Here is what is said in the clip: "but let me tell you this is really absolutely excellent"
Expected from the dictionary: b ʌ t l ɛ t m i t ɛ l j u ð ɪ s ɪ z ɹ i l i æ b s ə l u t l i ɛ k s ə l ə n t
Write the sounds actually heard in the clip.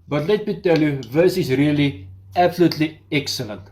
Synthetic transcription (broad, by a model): b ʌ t l ɛ t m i t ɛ l j u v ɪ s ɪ s ɹ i l i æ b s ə l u t l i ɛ k s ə l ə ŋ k